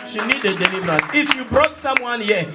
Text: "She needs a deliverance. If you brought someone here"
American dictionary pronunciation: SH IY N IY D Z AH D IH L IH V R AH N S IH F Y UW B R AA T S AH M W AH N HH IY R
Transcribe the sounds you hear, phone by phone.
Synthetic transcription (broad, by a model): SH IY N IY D AH D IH L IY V R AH N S IH F Y UW B R AA T S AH M W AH N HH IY